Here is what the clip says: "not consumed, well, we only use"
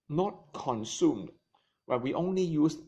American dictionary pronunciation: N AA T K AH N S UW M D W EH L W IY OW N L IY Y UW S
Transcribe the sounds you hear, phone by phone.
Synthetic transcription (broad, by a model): N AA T K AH N S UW M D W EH N W IY OW N L IY Y UW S